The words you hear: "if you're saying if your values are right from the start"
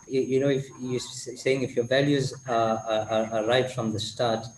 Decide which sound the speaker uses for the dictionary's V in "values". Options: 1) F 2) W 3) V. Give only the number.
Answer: 3